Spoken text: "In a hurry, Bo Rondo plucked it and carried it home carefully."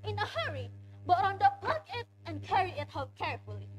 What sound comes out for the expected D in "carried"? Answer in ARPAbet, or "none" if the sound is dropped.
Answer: none